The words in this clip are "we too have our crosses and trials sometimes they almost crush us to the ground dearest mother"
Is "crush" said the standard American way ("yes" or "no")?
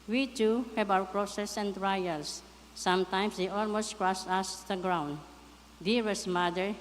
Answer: no